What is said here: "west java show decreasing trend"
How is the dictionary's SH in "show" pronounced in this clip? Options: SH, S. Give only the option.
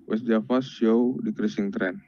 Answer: S